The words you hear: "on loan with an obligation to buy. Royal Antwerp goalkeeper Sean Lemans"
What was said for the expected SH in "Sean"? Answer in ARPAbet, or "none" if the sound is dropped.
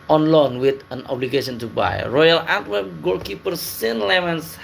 S